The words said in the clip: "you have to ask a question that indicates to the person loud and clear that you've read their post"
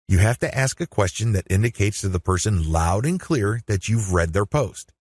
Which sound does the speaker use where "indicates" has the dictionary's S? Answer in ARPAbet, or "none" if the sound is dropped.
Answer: S